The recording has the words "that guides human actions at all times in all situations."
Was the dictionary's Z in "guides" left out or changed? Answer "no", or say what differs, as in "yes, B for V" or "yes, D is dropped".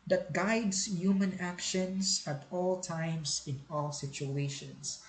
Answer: yes, S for Z